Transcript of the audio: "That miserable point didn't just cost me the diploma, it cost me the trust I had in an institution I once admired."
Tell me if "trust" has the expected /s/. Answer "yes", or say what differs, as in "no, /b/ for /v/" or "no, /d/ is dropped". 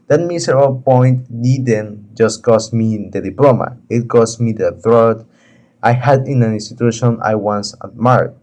no, /s/ is dropped